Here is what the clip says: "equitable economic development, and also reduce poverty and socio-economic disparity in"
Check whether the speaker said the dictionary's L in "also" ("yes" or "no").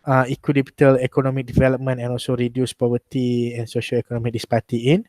yes